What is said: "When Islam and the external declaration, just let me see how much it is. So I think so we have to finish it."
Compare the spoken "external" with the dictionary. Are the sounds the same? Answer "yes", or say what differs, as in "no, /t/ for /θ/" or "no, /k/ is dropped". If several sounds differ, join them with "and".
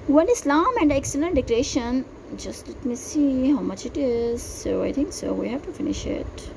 yes